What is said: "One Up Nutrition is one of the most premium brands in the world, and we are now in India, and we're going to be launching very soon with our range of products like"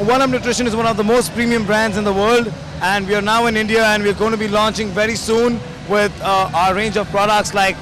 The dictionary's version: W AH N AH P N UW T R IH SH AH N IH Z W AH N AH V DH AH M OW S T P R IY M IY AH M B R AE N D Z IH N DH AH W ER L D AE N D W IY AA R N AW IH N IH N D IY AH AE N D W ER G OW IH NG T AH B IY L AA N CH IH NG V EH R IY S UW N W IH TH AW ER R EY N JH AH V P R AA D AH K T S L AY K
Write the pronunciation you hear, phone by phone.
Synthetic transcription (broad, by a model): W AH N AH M N UW T R IH SH AH N IH Z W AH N AH V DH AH M OW S T P R IY M IY AH M B R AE N D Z IH N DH AH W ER L D AE N D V IY AA R N AW IH N IH N D IY AH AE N D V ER G OW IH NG T AH B IY L AA N CH IH NG V EH R IY S UW N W IH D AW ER R EY N JH AH V P R AA D AH K T S L AY K